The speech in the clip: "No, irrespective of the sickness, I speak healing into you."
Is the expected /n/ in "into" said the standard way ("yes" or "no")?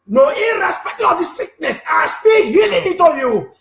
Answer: no